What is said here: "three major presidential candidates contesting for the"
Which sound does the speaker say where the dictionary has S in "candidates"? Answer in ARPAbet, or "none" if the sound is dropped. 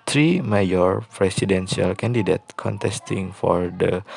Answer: none